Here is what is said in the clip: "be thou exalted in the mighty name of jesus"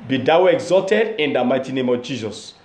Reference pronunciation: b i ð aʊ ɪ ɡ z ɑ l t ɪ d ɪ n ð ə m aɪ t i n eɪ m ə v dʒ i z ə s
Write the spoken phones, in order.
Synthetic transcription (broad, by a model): b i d aʊ ɪ ɡ z ɑ l t ɪ d ɪ n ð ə m aɪ t i n eɪ m ə v dʒ i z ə s